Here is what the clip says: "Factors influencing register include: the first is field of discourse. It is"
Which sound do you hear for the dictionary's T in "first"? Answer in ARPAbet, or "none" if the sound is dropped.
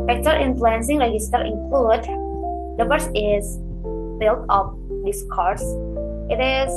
none